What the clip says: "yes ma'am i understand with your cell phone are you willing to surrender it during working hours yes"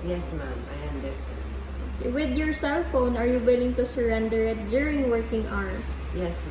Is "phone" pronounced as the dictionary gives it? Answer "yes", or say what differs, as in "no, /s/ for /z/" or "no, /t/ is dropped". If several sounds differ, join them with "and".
yes